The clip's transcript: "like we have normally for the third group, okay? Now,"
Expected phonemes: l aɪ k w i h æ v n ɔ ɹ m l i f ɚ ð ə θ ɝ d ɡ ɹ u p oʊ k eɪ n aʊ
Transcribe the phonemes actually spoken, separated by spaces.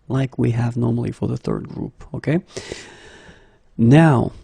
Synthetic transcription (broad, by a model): l aɪ k w i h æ v n ɔ ɹ m l i f ɚ ð ə θ ɝ d ɡ ɹ u p oʊ k eɪ n aʊ